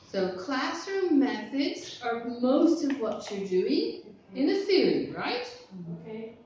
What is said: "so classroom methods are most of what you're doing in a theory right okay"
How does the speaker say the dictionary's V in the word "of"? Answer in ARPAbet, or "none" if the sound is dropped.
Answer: V